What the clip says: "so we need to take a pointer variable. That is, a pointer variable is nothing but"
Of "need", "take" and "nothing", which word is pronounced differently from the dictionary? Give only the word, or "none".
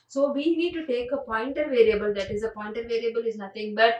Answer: nothing